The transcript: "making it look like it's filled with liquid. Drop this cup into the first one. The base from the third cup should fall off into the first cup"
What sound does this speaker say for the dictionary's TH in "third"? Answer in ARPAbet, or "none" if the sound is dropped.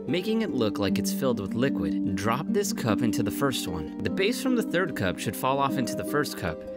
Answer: TH